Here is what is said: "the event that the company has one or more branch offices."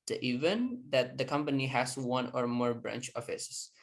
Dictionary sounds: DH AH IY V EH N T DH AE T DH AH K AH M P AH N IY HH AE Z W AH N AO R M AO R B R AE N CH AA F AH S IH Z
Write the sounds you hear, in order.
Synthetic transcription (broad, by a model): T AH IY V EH N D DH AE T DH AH K AH M P AH N IY HH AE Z W AH N AO R M AO R B R AE N CH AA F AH S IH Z